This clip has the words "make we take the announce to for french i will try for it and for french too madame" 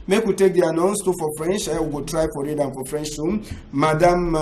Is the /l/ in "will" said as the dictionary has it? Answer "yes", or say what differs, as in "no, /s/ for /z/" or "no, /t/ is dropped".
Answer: no, /w/ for /l/